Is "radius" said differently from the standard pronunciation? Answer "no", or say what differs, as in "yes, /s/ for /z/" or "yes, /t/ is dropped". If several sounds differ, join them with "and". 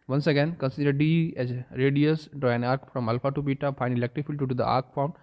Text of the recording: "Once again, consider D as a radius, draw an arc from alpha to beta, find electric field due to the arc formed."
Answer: no